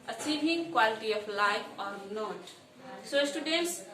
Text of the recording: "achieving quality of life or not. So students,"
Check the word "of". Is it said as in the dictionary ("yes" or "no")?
no